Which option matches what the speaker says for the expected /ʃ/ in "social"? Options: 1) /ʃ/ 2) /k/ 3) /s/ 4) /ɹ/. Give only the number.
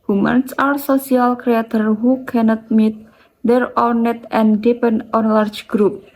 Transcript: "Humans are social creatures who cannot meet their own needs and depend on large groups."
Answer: 3